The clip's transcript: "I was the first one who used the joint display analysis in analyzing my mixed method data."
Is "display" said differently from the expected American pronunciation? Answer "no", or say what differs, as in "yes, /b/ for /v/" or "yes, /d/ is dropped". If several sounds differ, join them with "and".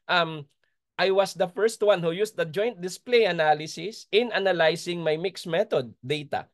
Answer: no